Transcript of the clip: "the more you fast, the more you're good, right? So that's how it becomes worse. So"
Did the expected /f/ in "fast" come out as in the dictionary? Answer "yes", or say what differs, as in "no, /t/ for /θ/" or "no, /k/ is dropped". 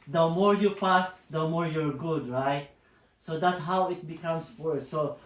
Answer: no, /p/ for /f/